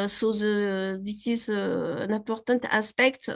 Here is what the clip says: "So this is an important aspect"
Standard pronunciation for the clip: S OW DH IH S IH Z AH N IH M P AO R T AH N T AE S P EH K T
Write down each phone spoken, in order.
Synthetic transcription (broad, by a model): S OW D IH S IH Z AH N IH P AO R T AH T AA S P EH K T